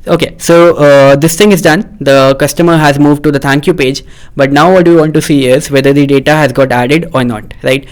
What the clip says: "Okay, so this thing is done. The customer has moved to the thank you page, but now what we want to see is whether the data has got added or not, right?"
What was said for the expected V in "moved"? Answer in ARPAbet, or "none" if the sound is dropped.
V